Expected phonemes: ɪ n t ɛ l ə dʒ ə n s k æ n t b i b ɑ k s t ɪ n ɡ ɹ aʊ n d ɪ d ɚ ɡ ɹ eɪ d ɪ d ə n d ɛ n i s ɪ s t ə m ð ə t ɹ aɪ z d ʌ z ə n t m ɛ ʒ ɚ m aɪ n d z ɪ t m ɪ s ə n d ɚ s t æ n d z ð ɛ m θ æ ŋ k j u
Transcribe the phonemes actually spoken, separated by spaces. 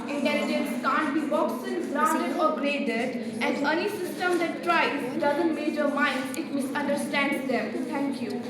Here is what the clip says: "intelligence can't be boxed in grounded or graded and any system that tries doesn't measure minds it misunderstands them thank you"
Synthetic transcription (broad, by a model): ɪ n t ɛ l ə dʒ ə n s k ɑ n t b i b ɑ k s ɪ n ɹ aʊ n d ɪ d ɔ ɡ ɹ eɪ d ɪ d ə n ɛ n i s ɪ s t ə m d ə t ɹ aɪ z d ʌ z ə n t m ɛ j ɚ m aɪ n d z ɪ t m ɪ s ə n d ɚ s t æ n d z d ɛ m t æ ŋ k j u